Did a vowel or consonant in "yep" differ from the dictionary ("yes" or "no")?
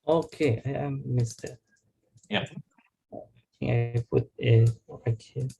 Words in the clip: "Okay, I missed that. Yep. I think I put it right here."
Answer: yes